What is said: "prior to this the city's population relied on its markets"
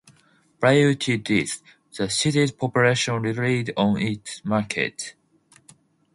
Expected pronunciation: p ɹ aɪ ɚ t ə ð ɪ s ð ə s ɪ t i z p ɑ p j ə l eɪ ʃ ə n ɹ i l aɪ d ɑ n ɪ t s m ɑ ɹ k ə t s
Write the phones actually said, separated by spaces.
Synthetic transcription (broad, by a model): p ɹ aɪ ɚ t ə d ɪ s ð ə s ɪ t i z p ɑ p j ə l eɪ ʃ ə n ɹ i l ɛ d ɑ n ɪ t s m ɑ ɹ k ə t